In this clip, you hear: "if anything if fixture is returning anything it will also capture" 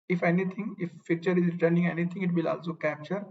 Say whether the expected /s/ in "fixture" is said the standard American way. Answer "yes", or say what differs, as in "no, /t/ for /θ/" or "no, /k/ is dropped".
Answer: no, /s/ is dropped